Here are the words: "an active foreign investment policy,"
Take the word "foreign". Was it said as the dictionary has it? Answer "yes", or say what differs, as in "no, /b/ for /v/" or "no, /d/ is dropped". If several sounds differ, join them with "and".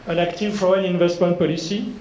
no, /ɹ/ is dropped